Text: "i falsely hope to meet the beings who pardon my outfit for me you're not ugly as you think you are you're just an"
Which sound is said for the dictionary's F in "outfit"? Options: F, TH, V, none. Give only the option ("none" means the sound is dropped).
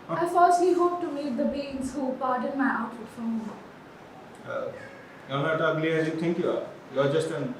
none